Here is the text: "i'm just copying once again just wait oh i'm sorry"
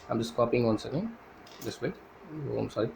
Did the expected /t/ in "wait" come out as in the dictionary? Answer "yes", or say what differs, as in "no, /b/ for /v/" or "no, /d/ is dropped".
no, /t/ is dropped